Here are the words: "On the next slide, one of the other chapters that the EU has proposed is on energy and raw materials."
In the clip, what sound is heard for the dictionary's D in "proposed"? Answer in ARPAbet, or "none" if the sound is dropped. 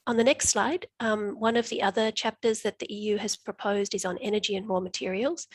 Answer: D